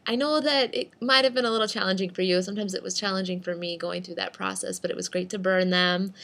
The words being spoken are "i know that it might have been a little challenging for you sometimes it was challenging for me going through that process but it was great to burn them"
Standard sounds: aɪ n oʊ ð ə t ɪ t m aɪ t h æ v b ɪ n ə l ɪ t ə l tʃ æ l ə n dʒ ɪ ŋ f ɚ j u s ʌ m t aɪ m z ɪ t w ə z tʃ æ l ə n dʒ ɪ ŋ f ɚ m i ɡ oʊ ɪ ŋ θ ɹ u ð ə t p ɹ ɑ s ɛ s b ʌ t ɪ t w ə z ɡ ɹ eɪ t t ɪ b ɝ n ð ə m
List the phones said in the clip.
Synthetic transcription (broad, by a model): aɪ n oʊ ð ə t ɪ t m aɪ t h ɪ v b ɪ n ə l ɪ t l tʃ æ l ə n dʒ ɪ ŋ f ɚ j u s ʌ m t aɪ m z ɪ t w ə z tʃ æ l ə n dʒ ɪ ŋ f ɚ m i ɡ oʊ ɪ ŋ θ ɹ u ð ə t p ɹ ɑ s ɛ s b ʌ t ɪ t w ə z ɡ ɹ eɪ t t ɪ b ɝ n ð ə m